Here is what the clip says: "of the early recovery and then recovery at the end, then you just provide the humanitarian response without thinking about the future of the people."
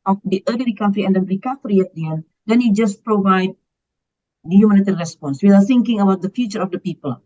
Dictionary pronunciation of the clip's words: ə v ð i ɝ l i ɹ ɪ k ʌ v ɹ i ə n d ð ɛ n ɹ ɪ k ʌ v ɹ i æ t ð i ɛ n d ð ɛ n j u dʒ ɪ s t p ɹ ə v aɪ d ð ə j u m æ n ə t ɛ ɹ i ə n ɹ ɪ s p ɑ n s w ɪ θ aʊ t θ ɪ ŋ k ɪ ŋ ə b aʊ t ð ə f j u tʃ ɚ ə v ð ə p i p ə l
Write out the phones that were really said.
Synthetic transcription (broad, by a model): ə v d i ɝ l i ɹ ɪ k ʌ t ɹ i ə n d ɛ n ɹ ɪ k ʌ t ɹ i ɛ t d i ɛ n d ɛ n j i dʒ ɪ s p ɹ ə v aɪ d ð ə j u m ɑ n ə t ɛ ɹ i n ɹ ɪ s p ɑ n s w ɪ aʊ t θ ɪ ŋ k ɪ ŋ ə b aʊ t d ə f j u tʃ ɚ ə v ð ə p i p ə l